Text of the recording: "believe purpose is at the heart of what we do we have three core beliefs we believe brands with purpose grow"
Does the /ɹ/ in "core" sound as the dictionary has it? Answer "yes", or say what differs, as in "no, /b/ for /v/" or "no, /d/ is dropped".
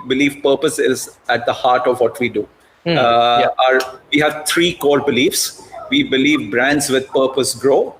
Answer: yes